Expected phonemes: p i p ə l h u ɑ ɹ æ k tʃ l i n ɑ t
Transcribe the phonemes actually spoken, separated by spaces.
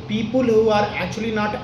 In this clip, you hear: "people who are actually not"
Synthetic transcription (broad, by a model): p i p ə l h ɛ ɑ ɹ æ tʃ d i n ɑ t